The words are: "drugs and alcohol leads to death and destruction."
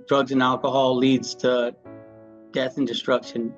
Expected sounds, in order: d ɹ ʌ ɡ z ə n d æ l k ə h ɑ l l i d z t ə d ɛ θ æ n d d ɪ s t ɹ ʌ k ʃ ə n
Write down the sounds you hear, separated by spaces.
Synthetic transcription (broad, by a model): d ɹ ʌ ɡ z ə n æ l k ə h ɑ l l i d z t ə d ɛ θ n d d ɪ s t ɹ ʌ k ʃ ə n